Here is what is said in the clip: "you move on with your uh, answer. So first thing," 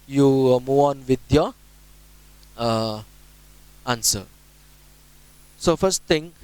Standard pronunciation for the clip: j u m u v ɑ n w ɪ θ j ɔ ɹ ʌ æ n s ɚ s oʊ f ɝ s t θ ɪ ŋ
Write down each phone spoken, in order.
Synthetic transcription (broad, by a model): j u m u ɑ n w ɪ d j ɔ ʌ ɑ n s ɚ s oʊ f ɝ s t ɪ ŋ